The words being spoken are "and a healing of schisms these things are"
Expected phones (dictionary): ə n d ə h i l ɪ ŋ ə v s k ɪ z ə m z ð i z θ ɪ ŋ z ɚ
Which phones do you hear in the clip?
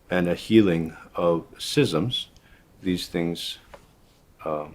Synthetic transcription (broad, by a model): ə n ə h i l ɪ ŋ ə v s ɪ z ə m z ð i z θ ɪ ŋ z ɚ